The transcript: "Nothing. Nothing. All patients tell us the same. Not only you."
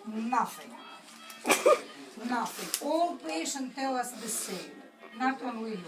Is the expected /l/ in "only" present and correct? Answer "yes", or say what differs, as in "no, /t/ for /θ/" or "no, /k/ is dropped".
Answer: no, /w/ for /l/